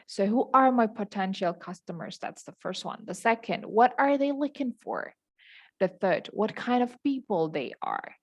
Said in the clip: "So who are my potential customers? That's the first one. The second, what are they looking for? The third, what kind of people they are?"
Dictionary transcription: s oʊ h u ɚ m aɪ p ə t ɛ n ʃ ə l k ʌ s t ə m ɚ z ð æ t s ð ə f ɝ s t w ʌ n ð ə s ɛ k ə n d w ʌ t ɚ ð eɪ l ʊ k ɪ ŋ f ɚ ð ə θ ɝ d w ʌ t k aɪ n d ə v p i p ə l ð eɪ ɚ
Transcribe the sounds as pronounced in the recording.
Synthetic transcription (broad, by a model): s oʊ h u ɚ m aɪ p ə t ɛ n ʃ l k ʌ s t ə m ɚ z ð æ t s ð ə f ɝ s t w ʌ n ð ə s ɛ k ə n d w ʌ t ɚ ð eɪ l ʊ k ɪ ŋ f ɚ ð ə θ ɝ d w ʌ t k aɪ n d ə v p i p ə l ð eɪ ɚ